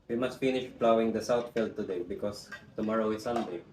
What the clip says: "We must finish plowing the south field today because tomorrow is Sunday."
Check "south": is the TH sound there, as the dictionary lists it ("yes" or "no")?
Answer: no